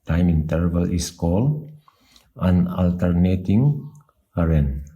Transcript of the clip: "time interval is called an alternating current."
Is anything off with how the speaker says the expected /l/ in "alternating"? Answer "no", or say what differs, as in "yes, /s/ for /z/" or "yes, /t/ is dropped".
no